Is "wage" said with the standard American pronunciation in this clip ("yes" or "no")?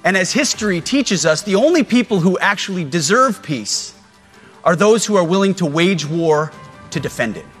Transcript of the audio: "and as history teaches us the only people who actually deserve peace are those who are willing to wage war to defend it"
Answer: yes